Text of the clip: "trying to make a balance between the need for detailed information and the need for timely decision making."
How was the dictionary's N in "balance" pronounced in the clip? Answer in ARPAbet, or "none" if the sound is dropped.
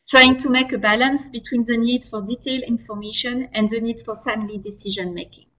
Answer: N